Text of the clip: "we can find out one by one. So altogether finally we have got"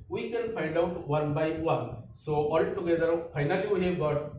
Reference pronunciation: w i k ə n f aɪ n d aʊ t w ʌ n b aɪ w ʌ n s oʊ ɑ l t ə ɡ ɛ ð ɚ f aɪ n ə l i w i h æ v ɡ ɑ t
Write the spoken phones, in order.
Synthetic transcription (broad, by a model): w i k ə n p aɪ n d aʊ t w ʌ n b aɪ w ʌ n s oʊ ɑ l t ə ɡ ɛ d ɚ p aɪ n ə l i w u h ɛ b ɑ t